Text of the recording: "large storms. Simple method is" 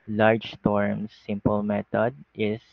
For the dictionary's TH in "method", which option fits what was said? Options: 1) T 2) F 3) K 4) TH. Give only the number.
1